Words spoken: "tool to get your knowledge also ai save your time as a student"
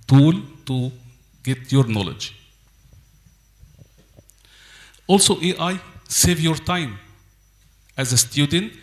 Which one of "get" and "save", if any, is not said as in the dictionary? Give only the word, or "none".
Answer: none